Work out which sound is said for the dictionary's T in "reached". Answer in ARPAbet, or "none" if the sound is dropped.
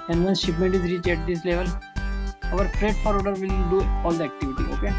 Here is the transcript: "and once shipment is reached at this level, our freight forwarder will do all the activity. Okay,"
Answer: none